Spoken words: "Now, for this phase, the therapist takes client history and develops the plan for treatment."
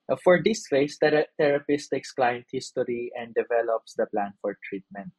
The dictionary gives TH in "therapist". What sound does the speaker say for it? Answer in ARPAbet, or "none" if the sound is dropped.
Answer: T